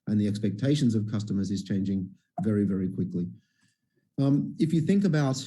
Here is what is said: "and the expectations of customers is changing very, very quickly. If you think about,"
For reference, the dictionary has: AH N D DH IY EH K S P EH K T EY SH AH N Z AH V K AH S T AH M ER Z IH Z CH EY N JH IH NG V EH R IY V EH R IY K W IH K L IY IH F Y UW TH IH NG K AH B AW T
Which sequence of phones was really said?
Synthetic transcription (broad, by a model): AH N DH IY EH K S P EH K T EY SH AH N Z AH V K AH S T AH M ER Z IH Z CH EY N JH IH NG V EH R IY V EH R IY K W IH K L IY IH F Y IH TH IH NG K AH B AW T